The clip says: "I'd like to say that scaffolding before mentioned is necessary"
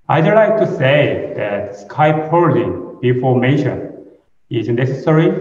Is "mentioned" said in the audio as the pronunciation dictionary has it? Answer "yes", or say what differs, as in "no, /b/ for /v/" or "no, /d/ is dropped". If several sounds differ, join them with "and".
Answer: no, /n/ is dropped and /d/ is dropped